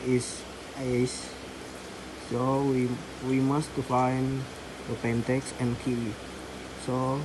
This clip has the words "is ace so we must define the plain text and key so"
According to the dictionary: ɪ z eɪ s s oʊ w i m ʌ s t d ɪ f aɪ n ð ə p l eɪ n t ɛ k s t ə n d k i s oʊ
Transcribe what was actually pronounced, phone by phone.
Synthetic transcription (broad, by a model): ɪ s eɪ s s oʊ w i m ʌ s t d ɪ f aɪ n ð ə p eɪ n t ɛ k s ə n k i s oʊ